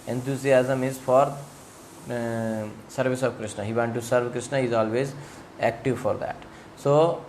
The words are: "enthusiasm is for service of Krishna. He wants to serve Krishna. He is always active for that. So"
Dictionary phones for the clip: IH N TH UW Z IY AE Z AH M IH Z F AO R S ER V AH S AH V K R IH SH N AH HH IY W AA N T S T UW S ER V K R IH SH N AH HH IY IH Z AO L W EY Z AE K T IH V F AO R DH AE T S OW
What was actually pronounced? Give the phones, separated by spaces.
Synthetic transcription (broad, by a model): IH N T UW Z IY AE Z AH M IH Z F AO R S ER V AH S AH V K R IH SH N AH HH IY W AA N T T UW S ER V K R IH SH N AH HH IY Z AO L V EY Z AE K T IH V F AO R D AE T S OW